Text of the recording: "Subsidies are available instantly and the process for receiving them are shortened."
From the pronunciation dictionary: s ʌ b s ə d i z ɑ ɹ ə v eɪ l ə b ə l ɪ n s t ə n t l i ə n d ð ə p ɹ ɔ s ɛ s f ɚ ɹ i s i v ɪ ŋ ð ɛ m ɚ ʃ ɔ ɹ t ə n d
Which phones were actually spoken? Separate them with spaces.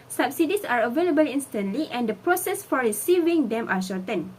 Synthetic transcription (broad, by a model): s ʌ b s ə d i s ɑ ɹ ə v eɪ l ə b ə l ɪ n s t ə n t l i ə n d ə p ɹ ɔ s ɛ s f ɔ ɹ i s i v ɪ ŋ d ɛ m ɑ ʃ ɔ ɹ t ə n